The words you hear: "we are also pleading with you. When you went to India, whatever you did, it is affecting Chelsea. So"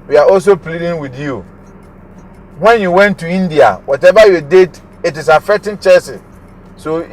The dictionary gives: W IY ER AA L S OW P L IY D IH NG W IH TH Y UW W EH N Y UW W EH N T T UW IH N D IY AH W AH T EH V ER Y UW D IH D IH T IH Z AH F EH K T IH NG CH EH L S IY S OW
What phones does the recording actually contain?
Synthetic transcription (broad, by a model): W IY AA AA L S OW P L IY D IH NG W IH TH Y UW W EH N Y UW W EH N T T UW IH N D IY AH W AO T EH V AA Y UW D IH D IH T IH S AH F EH K T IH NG CH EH S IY S OW